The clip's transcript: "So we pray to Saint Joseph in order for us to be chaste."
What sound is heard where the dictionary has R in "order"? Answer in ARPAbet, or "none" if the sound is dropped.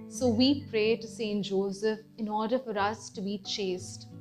R